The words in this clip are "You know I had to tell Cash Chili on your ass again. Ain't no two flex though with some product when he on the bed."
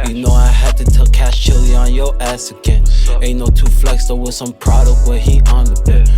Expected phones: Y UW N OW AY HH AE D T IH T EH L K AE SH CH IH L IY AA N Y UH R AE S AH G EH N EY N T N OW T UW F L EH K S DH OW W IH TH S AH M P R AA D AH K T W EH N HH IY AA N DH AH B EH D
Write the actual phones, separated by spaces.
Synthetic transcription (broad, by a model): Y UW N OW AY HH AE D T IH T EH L K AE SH CH IH L IY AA N Y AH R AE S AH G EH N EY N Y N OW T UW F L EH K S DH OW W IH S AH M P R AA D AH K T W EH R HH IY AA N DH AH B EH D